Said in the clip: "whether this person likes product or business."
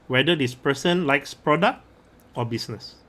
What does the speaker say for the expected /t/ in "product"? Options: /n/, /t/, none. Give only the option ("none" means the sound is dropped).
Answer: /t/